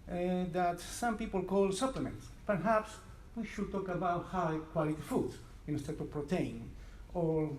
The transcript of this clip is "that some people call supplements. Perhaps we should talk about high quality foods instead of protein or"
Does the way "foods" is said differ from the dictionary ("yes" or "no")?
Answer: yes